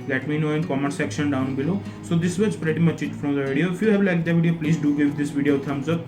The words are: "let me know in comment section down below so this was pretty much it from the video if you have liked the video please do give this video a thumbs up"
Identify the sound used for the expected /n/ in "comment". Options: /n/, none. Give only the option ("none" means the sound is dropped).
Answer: none